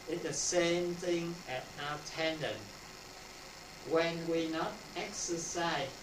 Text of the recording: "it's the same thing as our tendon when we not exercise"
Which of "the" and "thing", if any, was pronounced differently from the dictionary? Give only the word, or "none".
none